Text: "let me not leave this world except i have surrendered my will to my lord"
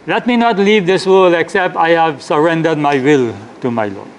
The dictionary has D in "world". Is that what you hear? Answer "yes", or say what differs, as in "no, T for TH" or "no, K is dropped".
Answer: no, D is dropped